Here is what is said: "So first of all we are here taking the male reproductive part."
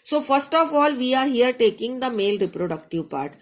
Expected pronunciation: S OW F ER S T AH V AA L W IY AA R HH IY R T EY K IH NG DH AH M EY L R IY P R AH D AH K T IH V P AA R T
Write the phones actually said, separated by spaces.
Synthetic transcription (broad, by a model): S OW F ER S T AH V AA L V IY AA R HH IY R T EY K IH NG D AH M EY L R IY P R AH D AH K T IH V P AA R T